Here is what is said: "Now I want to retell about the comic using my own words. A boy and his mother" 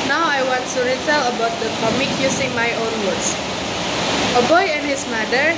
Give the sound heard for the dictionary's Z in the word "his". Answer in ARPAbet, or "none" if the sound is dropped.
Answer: S